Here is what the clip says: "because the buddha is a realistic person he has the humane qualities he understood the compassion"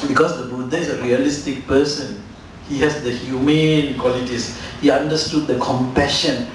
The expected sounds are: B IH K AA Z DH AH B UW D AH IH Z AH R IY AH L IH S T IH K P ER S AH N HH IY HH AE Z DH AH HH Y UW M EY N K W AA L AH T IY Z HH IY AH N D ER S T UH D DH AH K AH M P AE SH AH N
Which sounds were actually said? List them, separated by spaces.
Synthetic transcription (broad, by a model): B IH K AA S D AH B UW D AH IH S AH R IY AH L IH S T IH K P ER S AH N HH IY HH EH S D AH HH Y UW M EY N K W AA L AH T IY S HH IY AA N D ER S T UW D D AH K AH M P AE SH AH N